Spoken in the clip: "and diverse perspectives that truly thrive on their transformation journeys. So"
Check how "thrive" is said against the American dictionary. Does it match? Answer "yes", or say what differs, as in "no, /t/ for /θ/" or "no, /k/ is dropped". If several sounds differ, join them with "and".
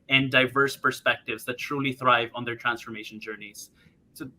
yes